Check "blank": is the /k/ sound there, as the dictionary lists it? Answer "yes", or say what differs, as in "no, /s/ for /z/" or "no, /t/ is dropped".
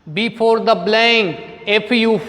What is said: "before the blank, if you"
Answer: no, /k/ is dropped